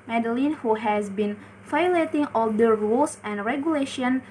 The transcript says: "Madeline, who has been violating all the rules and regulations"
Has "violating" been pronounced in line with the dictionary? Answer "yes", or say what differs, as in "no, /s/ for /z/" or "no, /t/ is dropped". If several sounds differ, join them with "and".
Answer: no, /f/ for /v/